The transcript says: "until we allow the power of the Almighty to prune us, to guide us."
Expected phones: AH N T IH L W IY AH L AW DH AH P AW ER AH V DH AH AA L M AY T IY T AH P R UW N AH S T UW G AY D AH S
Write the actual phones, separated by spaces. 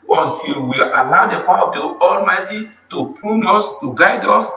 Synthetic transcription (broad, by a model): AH N T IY L W IY AH L AW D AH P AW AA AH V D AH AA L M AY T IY T AH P UW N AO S T UW G AY D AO S